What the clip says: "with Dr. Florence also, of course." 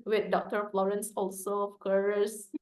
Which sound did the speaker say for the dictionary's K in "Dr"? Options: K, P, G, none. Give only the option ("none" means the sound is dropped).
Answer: K